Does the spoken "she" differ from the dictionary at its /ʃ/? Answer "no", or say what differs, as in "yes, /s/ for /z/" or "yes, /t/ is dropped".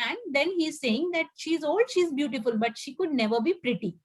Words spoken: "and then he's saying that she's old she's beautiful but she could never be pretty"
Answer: no